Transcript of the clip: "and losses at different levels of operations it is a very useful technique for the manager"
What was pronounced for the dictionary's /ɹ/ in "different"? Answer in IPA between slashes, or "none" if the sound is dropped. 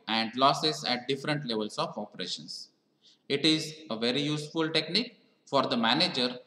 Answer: /ɹ/